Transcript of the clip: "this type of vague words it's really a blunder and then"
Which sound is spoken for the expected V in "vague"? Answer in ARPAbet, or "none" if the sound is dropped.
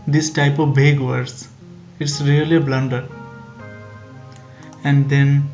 B